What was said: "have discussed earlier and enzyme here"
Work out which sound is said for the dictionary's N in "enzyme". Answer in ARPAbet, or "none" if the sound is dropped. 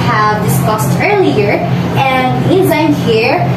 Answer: none